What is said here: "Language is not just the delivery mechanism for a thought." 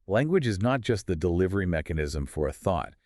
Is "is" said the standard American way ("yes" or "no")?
yes